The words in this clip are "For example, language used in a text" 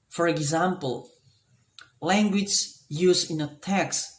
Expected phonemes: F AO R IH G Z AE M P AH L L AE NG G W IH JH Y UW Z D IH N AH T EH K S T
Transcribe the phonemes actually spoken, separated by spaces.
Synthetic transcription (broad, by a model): F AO R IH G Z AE M P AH L L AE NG G W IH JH Y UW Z IH N AH T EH K S